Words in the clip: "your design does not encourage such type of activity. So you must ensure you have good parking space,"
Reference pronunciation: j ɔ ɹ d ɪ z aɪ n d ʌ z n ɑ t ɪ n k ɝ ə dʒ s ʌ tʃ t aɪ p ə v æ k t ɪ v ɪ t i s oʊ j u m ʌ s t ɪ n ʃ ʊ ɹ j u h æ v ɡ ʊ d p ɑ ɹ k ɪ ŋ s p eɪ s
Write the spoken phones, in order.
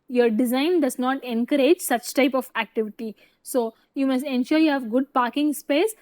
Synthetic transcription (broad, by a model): j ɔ ɹ d ɪ z aɪ n d ʌ z n ɑ t ɪ n k ɝ ə dʒ s ʌ tʃ t aɪ p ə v æ k t ɪ v ɪ t i s oʊ j u m ʌ s t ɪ n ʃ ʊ ɹ j u h æ v ɡ ʊ d p ɑ ɹ k ɪ ŋ s p eɪ s